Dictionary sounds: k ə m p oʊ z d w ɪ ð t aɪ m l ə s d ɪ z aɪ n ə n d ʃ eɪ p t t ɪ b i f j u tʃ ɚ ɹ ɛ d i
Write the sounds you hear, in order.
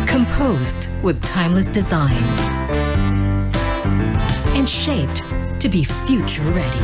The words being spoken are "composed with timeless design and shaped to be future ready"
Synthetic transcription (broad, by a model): k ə m p oʊ z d w ɪ ð t aɪ m l ə s d ɪ z aɪ n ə n ʃ eɪ p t t ɪ b i f j u tʃ ɚ ɹ ɛ d i